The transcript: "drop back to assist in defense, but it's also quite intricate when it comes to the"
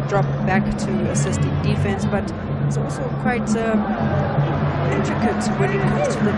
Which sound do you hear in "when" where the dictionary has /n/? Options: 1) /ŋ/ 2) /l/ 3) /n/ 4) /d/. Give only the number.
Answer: 2